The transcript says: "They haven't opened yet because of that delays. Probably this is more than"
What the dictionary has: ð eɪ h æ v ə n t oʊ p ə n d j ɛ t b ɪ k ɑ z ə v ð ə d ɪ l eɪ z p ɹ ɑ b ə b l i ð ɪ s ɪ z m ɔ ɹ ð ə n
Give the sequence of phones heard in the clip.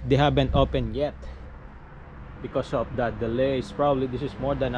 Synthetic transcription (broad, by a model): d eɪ h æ b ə n t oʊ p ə n j ɛ t b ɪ k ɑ s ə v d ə d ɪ l eɪ s p ɹ ɑ b ə b l i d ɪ s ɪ s m ɔ ɹ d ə n